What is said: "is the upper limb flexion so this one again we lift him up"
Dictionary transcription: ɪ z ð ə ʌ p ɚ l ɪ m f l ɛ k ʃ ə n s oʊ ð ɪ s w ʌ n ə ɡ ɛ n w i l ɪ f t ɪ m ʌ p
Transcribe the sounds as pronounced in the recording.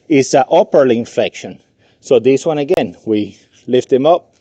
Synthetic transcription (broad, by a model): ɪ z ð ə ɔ p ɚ l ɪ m f ɛ k ʃ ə n s oʊ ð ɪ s w ʌ n ə ɡ ɛ n w i l ɪ f t ɪ m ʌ p